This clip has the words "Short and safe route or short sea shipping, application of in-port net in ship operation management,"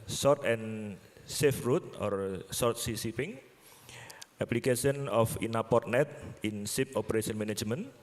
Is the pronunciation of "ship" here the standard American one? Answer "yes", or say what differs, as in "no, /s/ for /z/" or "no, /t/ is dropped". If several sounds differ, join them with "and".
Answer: no, /s/ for /ʃ/